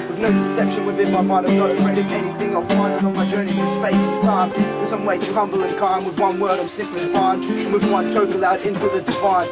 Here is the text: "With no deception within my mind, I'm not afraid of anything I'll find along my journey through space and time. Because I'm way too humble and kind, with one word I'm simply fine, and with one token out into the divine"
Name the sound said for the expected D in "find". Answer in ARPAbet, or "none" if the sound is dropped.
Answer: none